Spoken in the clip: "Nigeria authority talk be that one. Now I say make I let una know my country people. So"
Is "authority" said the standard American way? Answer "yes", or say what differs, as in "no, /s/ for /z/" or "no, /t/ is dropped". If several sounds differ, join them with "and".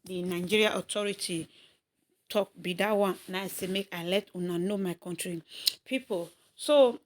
no, /t/ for /θ/